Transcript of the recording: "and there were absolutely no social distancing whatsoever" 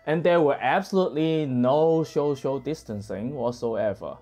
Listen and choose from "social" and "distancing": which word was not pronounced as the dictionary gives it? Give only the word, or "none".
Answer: social